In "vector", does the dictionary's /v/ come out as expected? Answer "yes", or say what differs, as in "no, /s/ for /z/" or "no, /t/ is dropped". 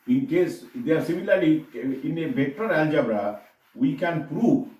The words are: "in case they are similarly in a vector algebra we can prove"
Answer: no, /b/ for /v/